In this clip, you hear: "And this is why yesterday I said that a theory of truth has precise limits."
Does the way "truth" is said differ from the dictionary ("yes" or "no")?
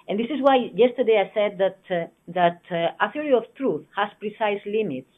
no